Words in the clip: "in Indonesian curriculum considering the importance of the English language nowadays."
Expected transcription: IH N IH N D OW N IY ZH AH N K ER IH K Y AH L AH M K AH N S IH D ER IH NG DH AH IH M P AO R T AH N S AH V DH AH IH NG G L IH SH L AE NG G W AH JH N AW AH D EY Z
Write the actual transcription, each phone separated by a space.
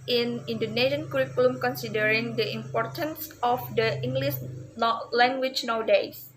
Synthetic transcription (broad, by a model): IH N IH N D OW N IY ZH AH N K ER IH K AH L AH M K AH N S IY D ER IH NG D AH IH M P AO R T AH N S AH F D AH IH NG G L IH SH L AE NG G W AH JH N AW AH D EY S